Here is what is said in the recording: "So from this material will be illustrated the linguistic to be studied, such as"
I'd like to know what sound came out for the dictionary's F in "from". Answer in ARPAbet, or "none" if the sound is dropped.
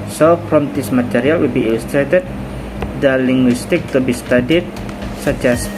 P